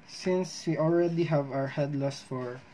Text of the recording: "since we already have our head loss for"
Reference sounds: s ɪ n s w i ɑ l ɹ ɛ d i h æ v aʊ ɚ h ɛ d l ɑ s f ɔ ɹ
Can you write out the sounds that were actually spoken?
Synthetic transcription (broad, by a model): s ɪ n s w i ɑ l ɹ ɛ d i h æ v aʊ ɚ h ɛ d l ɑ s f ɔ ɹ